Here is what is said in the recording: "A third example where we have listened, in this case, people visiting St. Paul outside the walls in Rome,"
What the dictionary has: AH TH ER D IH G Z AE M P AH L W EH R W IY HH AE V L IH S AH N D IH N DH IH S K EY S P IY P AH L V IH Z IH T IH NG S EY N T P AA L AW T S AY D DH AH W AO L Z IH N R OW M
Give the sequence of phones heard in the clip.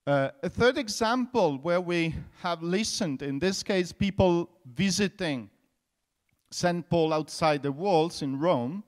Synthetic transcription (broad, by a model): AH TH ER D IH G Z AE M P AH L W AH R W IY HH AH V L IH S AH N D IH N DH IH S K EY S P IY P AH L V IH Z IH T IH NG S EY N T P AA L AW T S AY D DH AH W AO L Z IH N R OW M